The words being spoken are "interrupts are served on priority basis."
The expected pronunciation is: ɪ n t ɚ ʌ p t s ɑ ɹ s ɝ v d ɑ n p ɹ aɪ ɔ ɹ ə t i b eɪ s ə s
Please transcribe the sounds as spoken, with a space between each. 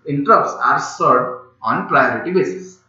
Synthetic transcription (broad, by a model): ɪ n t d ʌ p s ɑ ɹ s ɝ d ɑ n p ɹ aɪ ɔ ɹ ə t i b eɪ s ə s